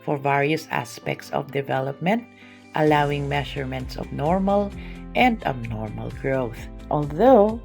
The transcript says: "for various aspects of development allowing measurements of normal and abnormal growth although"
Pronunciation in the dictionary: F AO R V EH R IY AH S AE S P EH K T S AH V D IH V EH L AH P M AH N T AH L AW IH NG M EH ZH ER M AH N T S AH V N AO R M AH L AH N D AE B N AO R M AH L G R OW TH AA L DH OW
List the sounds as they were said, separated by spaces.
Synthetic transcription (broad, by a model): F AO R V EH R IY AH S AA S P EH K T S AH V D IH V EH L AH P M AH N T AH L AW IH NG M EH SH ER M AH N T S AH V N AO R M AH L AH N D AE B N AO R M AH L G R OW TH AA L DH OW